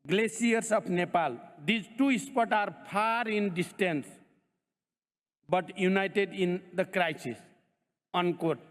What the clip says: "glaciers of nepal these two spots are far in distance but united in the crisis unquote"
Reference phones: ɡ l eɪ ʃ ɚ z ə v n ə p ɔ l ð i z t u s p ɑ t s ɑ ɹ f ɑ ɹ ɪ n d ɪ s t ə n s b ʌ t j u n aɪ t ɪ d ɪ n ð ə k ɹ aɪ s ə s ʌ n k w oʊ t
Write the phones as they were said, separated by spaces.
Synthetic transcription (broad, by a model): ɡ l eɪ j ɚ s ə p n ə p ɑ l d i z t u s p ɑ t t ɑ ɹ p ɑ ɹ ɪ n d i s t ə n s b ʌ t j u n aɪ t ɪ d ɪ n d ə k ɹ aɪ s ə s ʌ n k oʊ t